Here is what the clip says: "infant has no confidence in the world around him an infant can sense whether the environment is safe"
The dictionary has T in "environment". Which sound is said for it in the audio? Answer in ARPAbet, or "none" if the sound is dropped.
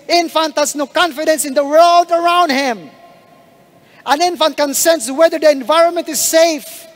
T